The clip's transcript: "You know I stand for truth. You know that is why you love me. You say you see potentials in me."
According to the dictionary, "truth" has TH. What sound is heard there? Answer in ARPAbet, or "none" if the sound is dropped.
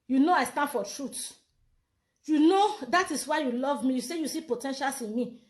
T